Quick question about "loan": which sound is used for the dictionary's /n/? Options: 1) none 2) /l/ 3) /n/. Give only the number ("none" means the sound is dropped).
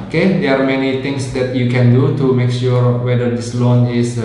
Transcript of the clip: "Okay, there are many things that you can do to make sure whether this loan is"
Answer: 3